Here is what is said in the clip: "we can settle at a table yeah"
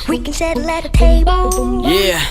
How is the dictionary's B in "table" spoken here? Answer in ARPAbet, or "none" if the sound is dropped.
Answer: none